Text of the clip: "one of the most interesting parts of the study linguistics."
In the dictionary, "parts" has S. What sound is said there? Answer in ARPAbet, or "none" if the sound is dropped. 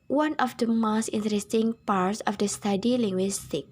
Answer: S